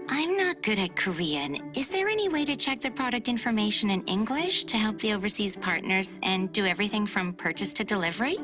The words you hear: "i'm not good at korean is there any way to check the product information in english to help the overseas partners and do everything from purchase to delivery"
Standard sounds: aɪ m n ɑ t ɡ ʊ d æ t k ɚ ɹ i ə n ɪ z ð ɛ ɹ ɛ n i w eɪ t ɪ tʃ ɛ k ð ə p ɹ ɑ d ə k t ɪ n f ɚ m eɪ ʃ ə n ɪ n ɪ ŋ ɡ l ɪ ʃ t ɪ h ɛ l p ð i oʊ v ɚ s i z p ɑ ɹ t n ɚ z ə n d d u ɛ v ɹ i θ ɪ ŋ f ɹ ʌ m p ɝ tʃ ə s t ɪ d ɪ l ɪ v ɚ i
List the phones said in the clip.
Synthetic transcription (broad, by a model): aɪ m n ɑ t ɡ ʊ d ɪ t k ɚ ɹ i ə n ɪ z ð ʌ ɹ ɛ n i w eɪ t ɪ tʃ ɛ k ð ə p ɹ ɑ d ə k t ɪ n f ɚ m eɪ ʃ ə n ɪ n ɪ ŋ ɡ l ɪ ʃ t ɪ h ɛ l p ð i oʊ v ɚ s i z p ɑ ɹ t n ɚ z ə n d d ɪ ɛ v ɹ i θ ɪ ŋ f ɹ ʌ m p ɝ tʃ ə s t ɪ d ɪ l ɪ v ɚ i